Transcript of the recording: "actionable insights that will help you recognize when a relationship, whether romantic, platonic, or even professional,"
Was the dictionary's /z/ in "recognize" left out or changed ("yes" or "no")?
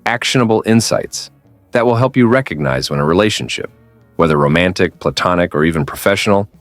no